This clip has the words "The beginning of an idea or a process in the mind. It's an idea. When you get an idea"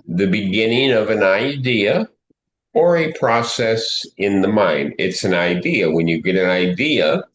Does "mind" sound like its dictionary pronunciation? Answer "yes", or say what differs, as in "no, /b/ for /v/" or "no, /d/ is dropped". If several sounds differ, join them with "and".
yes